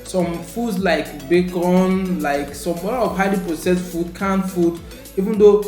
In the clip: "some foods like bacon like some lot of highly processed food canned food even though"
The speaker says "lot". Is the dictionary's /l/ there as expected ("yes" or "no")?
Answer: no